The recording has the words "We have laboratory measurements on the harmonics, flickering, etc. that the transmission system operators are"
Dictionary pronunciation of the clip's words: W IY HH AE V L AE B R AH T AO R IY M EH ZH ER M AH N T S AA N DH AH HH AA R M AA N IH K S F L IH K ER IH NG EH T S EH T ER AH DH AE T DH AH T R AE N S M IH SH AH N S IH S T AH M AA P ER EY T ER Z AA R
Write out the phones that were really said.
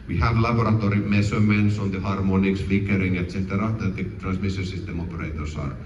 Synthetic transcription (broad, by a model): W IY HH AE V L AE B R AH T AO R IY M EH S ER M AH N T S AA N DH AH HH AA R M AA N IH K S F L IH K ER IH NG EH T S EH T ER AH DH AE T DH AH T R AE N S M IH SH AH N S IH S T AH M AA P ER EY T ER S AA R